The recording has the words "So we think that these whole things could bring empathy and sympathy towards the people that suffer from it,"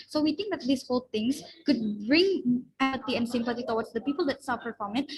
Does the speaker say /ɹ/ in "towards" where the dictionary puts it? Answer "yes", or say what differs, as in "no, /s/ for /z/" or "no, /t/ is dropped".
no, /w/ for /ɹ/